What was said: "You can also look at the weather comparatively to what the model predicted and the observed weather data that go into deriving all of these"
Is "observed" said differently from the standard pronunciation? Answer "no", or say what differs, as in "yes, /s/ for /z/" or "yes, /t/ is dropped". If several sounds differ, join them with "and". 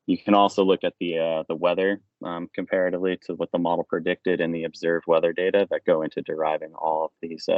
no